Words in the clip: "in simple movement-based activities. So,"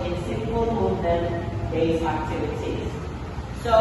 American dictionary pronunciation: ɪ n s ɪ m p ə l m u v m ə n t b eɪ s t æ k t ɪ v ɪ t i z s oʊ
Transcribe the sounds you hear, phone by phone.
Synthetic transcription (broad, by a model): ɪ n s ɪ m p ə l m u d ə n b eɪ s æ k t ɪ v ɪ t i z s oʊ